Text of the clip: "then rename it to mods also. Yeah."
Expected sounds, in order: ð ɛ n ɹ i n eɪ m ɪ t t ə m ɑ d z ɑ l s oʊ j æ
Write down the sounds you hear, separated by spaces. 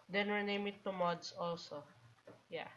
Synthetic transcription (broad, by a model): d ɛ n w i n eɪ m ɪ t t ə m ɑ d s ɑ l s oʊ j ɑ